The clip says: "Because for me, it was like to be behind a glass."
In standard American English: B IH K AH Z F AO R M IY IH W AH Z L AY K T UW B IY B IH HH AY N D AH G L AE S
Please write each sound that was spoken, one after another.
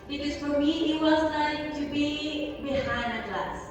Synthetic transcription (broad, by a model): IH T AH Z F AO R M IY IH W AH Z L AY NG T UW B IY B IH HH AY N AH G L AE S